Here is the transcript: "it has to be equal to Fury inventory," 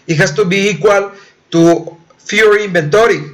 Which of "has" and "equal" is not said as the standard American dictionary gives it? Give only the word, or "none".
has